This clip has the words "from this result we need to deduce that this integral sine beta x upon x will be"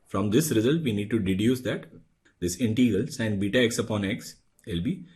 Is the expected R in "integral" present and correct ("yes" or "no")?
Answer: no